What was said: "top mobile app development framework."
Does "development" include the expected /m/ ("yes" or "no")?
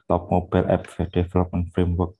no